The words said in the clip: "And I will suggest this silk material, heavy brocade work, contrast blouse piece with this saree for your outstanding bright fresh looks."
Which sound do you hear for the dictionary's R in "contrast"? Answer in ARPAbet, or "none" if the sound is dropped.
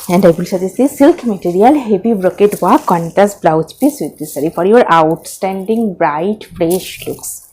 none